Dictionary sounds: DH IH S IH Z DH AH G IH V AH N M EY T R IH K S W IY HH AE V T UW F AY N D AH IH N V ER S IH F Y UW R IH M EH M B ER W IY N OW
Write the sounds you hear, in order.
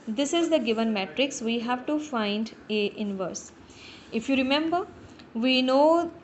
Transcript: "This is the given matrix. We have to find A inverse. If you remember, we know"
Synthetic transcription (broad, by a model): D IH S IH Z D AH G IH V AH N M EY T R IH K S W IY HH AE V T UW F AY N D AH IH N V ER S IH F Y UW R IH M EH M B ER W IY N OW